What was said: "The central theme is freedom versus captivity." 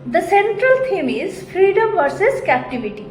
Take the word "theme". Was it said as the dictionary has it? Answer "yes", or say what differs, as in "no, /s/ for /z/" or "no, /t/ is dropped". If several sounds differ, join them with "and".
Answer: no, /t/ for /θ/